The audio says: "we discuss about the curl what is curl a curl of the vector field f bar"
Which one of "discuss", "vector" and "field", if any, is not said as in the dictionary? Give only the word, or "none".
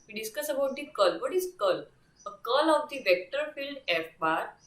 none